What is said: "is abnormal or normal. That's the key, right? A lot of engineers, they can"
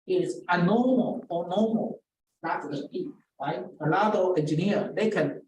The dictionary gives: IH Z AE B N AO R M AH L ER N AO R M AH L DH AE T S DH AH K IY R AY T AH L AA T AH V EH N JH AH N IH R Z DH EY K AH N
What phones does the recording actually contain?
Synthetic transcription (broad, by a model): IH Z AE N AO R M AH L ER N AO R M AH L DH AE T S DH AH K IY R AY T AH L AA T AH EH N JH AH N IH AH DH EY K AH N